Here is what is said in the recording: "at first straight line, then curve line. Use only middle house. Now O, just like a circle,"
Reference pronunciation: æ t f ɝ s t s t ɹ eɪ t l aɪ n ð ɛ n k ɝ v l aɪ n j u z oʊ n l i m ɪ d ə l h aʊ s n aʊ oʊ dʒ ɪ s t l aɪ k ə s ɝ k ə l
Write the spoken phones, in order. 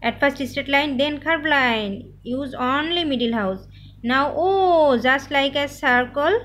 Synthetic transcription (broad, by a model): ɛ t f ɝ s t s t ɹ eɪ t l aɪ n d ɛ n k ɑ b l aɪ n j u z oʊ n l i m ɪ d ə l h aʊ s n aʊ oʊ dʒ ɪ s t l aɪ k ə s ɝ k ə l